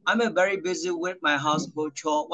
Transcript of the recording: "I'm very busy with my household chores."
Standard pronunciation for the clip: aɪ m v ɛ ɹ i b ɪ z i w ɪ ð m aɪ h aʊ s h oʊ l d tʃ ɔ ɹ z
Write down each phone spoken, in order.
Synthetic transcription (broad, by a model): aɪ m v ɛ ɹ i b ɪ z i w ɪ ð m aɪ h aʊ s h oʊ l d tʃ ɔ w